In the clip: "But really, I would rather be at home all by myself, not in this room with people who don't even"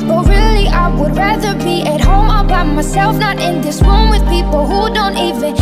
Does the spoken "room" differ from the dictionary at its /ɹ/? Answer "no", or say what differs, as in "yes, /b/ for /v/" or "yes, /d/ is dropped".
yes, /w/ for /ɹ/